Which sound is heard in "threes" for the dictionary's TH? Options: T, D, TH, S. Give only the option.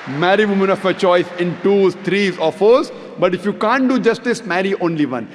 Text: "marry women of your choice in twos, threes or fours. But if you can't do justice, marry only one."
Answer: T